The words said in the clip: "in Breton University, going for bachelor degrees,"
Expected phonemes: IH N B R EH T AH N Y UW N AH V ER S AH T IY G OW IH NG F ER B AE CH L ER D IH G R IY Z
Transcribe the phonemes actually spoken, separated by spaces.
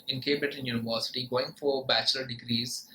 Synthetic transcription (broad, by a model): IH N B R EH T AH N Y UW N AH V ER S AH T IY G OW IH NG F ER B AE CH L ER D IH G R IY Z